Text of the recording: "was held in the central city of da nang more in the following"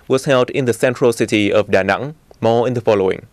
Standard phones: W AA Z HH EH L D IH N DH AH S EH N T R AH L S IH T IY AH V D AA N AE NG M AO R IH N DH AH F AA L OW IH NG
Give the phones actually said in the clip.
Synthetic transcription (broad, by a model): W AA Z HH EH L D IH N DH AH S EH N T R AH L S IH T IY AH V D AA N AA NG M AO IH N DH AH F AA L OW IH NG